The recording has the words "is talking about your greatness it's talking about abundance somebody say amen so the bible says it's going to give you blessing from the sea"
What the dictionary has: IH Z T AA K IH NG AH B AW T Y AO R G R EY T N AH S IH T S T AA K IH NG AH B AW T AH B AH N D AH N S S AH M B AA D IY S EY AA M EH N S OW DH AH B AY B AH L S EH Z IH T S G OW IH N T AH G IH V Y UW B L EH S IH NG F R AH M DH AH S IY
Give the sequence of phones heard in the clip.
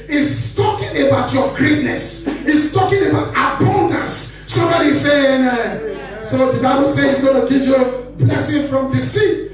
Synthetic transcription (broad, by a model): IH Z T AA K IH NG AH B AW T Y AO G R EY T N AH S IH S T AA K IH NG AH B AW T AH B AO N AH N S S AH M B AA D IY S EY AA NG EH S OW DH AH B AY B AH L S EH IH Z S G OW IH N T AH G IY P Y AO B L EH S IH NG F R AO M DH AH S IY